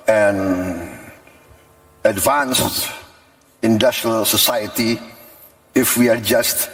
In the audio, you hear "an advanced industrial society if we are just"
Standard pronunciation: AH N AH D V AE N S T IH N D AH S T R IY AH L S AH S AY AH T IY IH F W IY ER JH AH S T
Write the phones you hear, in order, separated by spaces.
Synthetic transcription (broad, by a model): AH N AH D V AE N S T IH N D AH S T R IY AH L S AH S AY AH T IY IH F W IY ER JH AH S T